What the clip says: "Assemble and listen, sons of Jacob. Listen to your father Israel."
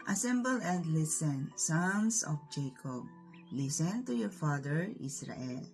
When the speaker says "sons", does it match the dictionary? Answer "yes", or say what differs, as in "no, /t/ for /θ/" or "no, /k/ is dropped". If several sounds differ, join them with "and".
no, /s/ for /z/